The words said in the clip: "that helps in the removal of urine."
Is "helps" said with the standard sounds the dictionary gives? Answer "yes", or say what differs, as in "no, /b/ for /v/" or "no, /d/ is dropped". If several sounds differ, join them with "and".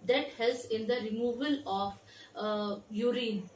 no, /p/ is dropped